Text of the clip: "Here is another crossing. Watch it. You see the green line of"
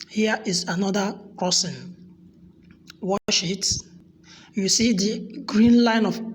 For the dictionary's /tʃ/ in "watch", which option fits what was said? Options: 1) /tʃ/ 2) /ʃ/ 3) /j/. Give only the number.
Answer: 2